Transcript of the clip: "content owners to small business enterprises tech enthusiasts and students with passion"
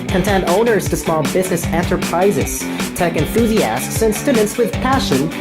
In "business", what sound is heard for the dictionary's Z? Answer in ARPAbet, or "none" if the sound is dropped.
Z